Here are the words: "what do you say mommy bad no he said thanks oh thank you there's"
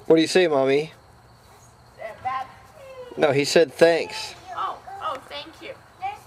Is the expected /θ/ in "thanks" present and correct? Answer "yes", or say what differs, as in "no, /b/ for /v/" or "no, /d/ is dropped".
yes